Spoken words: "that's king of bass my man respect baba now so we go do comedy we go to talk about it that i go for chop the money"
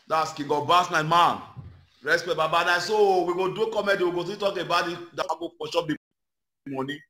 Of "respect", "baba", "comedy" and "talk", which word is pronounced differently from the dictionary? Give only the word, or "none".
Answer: respect